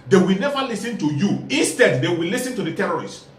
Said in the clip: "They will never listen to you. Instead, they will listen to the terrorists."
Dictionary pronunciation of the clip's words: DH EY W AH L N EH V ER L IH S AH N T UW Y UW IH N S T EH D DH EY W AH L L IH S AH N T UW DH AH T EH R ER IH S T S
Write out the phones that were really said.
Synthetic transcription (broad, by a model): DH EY W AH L N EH V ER L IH S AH N T UW Y UW IH N S T EH D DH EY W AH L L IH S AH N T UW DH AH T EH R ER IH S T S